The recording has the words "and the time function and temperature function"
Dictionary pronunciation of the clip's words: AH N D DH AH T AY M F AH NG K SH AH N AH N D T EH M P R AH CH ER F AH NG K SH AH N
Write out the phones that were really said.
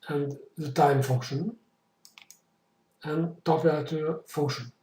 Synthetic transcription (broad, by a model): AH N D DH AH T AY M F AH NG K SH AH N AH N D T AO P AH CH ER F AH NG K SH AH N